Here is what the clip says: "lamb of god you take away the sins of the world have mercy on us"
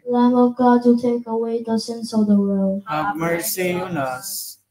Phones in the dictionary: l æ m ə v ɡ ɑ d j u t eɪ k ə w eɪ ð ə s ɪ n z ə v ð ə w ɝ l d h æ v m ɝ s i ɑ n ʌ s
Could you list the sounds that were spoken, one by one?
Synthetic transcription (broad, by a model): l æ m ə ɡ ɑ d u t eɪ k ə w eɪ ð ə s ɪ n s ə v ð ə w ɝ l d m ɝ s i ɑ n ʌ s